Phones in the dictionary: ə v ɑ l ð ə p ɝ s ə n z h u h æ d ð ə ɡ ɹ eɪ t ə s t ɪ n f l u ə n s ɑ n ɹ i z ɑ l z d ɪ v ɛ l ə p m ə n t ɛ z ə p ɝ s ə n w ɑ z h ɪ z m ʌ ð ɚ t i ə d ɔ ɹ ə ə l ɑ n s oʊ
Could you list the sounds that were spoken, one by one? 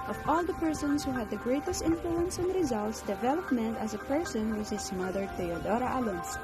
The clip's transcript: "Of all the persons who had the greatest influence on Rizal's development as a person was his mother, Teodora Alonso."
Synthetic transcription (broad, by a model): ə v ɑ l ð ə p ɝ s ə n s h u h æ d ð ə ɡ ɹ eɪ t ə s t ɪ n f l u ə n s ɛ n ɹ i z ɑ l s d ɪ v ɛ l ə p m ə n t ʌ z ə p ɝ s ə n w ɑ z h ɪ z m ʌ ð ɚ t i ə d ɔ ɹ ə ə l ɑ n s